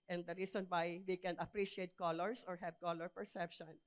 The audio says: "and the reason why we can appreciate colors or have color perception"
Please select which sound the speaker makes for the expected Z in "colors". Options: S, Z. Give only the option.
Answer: S